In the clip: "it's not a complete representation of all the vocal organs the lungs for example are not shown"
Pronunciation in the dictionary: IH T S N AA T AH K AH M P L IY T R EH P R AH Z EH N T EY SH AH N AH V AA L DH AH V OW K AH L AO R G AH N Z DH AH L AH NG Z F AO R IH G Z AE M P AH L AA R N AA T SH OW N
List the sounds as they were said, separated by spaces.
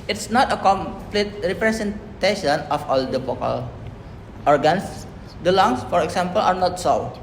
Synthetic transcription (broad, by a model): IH T S N AA T AH K AH M P L IY T R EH P R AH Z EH N T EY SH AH N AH F AA L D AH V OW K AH L AO R G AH N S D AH L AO NG S F AO R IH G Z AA M P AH L AA R N AA T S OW